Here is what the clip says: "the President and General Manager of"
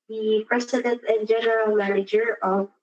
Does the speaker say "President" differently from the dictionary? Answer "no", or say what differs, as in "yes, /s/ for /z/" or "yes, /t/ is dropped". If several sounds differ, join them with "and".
yes, /s/ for /z/